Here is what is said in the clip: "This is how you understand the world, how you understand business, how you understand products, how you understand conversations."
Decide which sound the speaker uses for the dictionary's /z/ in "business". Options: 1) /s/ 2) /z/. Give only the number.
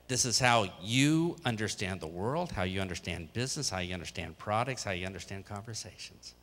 2